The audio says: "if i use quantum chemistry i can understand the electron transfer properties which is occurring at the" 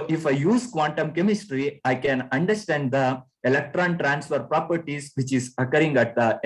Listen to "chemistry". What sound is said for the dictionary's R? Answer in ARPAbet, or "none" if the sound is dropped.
R